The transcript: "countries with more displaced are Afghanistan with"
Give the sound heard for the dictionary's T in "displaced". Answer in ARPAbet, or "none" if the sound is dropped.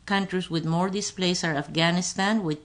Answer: none